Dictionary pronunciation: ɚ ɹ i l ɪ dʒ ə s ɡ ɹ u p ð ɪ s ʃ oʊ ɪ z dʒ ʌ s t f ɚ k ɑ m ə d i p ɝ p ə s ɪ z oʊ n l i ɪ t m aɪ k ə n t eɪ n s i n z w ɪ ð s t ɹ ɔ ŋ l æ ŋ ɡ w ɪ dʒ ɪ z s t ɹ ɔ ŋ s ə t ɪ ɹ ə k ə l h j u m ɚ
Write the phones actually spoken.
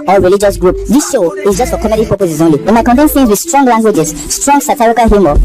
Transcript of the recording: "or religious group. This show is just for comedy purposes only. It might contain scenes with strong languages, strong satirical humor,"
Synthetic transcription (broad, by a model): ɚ ɹ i l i dʒ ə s ɡ ɹ u p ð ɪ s ʃ oʊ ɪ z dʒ ʌ s t f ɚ k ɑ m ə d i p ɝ p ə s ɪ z oʊ n l i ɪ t m aɪ k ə n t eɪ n θ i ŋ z w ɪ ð s t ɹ ɔ ŋ l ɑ ŋ ɡ w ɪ dʒ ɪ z s t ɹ ɔ ŋ s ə t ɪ ɹ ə k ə l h j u m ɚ